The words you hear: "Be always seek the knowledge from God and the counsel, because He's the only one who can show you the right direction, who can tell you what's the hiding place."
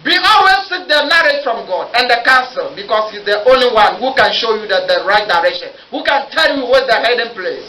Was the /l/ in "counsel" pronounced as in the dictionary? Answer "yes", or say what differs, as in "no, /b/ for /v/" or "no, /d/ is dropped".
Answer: yes